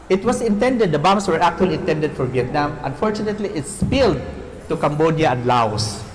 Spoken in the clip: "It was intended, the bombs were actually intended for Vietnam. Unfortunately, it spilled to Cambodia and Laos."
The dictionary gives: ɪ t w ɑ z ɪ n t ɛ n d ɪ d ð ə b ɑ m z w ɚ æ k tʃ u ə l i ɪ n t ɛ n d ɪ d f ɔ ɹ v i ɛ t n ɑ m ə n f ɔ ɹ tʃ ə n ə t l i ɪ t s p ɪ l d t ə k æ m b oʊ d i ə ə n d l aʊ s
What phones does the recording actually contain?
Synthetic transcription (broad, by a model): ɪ t w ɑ s ɪ n t ɛ n d ɪ d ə b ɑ m s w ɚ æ k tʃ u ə l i ɪ n t ɛ n d ɪ d f ɔ ɹ v i ɛ t n ɑ m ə n f ɔ ɹ tʃ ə n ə t l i ɪ t s p ɪ l d t ə k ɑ m b oʊ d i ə ə n d l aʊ s